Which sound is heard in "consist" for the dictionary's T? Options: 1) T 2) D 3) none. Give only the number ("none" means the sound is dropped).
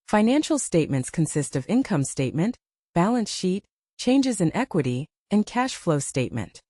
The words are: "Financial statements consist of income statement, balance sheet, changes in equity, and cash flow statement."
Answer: 1